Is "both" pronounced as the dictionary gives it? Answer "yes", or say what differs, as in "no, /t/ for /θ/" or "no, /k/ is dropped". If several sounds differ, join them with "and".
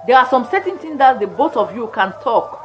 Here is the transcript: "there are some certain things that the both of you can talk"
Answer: no, /t/ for /θ/